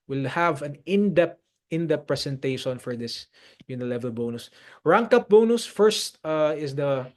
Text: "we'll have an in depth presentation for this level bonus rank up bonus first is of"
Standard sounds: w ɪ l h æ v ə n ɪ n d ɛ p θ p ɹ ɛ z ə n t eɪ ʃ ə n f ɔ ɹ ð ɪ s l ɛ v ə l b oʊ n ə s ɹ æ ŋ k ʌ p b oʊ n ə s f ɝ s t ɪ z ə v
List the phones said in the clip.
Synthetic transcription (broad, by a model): w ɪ l h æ v ə n ɪ n d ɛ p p p ɹ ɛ s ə n t eɪ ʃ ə n f ɔ ɹ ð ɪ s l ɛ v ə l b oʊ n ə s ɹ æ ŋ k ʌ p b oʊ n ə s f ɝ s t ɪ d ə